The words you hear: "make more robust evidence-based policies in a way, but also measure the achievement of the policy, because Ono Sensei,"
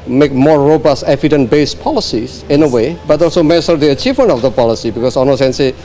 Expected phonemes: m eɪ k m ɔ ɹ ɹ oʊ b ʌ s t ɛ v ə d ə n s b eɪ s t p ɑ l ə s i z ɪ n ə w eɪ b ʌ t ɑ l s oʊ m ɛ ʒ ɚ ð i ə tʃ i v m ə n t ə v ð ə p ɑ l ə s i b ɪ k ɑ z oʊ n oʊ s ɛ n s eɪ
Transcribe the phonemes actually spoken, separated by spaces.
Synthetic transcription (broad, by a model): m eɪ k m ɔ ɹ ɹ oʊ b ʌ s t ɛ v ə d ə n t b eɪ s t p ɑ l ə s i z ɪ n ə w eɪ b ʌ t ɑ l s oʊ m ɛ s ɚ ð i ə tʃ i v m ə n t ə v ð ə p ɑ l ə s i b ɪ k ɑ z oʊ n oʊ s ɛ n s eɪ